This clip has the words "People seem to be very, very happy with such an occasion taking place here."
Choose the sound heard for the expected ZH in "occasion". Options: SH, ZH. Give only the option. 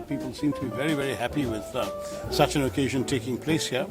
ZH